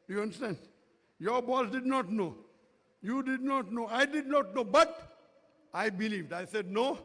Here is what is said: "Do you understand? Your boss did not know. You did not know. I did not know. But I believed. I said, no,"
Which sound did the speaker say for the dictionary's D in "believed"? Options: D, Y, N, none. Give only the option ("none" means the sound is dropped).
D